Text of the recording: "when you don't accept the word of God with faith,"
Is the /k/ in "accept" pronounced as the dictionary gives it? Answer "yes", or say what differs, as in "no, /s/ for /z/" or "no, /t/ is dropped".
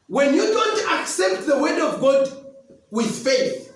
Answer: yes